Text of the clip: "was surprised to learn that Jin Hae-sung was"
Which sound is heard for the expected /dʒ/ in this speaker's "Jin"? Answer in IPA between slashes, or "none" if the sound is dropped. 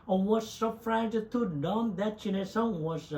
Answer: /tʃ/